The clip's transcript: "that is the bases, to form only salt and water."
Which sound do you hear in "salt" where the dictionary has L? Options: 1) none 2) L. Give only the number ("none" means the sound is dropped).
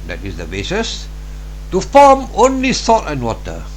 1